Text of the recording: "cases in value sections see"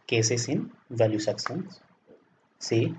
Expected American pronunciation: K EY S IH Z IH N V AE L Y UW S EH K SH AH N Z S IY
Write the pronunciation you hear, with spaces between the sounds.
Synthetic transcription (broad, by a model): K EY S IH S IH N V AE L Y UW S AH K S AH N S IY